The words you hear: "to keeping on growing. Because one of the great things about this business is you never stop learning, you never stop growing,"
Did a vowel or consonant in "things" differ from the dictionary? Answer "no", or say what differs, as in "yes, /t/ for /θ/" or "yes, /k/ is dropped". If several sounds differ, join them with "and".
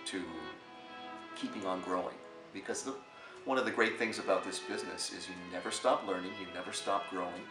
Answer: no